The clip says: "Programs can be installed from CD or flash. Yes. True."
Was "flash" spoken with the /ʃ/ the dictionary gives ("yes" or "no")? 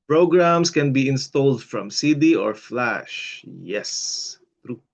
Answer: yes